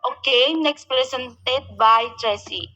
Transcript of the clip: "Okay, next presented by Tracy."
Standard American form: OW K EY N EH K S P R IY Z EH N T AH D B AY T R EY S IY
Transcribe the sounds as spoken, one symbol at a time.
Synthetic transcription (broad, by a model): OW K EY N EH K S P R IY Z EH N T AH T B AY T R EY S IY